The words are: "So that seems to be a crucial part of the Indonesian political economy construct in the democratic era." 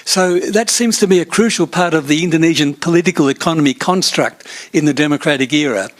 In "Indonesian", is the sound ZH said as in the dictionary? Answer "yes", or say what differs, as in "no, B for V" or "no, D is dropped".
yes